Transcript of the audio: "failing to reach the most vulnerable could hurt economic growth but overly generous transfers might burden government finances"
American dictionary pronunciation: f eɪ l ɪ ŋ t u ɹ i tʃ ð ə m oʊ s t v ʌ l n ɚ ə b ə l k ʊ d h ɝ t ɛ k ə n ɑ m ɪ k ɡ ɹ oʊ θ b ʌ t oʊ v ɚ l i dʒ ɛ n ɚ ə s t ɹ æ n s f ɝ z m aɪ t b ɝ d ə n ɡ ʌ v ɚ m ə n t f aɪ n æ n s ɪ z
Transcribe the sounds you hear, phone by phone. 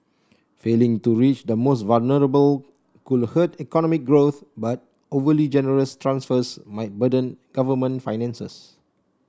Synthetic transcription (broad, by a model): f eɪ l ɪ ŋ t u ɹ i tʃ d ə m oʊ s t v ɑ l n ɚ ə b ə l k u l h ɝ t ɛ k ə n ɑ m ɪ k ɡ ɹ oʊ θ b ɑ t oʊ v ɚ l i dʒ ɛ n ɚ ə s t ɹ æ n s f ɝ s m aɪ t b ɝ d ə n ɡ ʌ v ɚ m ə n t f aɪ n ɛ n s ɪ s